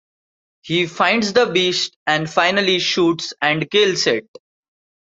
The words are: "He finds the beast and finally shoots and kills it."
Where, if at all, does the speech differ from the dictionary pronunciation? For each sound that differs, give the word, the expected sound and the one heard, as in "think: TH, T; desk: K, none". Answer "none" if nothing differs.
kills: Z, S